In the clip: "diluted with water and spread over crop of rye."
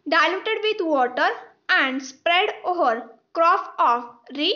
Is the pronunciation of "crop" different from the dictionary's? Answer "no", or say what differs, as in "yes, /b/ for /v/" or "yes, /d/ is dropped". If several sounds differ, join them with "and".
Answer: yes, /f/ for /p/